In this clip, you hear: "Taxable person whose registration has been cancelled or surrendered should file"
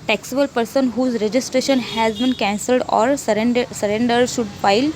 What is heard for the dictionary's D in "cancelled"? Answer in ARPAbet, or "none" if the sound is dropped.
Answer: D